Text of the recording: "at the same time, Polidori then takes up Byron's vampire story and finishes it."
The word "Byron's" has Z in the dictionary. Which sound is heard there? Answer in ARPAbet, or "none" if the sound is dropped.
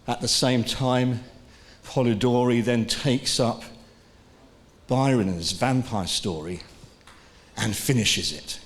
Z